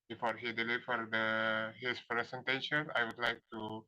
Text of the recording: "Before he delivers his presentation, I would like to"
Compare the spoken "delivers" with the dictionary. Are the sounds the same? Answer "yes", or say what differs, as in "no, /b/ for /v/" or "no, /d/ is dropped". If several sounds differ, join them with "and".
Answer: no, /f/ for /v/